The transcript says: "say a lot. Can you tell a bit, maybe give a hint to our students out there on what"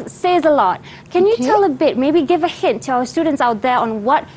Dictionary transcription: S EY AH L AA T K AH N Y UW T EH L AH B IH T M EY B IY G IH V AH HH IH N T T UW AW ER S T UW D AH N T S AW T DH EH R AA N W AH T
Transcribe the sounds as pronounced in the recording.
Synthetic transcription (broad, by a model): S EY AH L AA T K AH N Y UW T EH L AH B IH T M EY B IY G IH V AH HH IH N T T UW AW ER S T UW D AH N T S AW T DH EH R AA N W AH T